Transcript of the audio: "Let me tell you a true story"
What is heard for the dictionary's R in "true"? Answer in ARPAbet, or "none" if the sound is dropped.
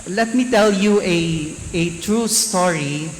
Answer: R